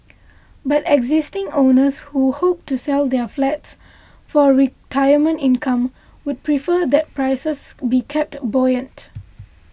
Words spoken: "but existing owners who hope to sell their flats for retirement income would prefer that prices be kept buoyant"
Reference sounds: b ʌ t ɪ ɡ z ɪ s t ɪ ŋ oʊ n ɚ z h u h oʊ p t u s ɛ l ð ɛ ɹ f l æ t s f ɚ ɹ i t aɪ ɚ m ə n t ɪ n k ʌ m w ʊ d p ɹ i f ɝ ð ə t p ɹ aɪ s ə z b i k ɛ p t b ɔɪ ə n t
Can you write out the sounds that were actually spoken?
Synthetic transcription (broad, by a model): b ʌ t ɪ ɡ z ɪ s t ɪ ŋ oʊ n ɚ s h u h oʊ p t u s ɛ l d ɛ f l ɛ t s f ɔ ɹ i t aɪ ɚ m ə n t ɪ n k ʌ m w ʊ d p ɹ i f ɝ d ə t p ɹ aɪ s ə s b i k ɛ p t b ɔɪ ə n t